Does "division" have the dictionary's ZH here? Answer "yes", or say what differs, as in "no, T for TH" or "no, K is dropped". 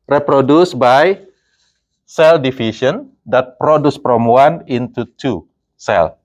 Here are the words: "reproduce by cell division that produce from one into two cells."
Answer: no, SH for ZH